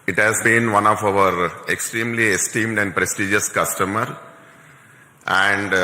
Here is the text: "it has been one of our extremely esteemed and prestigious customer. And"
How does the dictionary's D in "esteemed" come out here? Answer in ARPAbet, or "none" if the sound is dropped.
D